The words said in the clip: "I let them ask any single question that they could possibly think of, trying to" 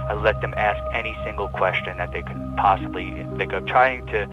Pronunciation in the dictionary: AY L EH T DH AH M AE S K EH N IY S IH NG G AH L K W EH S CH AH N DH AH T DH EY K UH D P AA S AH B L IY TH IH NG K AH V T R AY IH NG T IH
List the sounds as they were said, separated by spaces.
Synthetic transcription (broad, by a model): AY L EH T DH AH M AE S K EH N IY S IH NG G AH L K W EH S CH AH N DH AH T DH EY K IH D P AA S AH B L IY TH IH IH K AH T R AY IH NG T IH